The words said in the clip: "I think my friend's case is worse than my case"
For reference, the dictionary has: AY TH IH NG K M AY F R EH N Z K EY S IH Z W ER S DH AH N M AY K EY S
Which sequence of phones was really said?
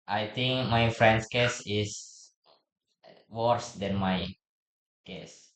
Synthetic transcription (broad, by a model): AY T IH NG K M AY F R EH N S K EY S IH S W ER S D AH N M AY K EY S